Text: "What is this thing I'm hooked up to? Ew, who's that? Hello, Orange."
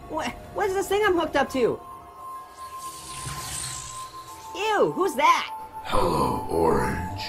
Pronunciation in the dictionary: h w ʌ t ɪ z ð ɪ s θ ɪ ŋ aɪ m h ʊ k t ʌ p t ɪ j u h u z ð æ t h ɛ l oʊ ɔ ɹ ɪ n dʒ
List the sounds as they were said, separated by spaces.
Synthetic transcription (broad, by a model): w w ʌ t ɪ z ð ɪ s θ ɪ ŋ aɪ m h ʊ k t ʌ p t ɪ j u h u z ð æ t h ɛ l oʊ ɔ ɹ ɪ n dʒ